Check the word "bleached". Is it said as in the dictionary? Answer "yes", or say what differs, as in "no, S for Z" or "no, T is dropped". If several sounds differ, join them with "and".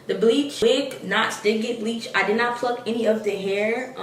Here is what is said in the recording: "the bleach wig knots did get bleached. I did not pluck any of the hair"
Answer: no, T is dropped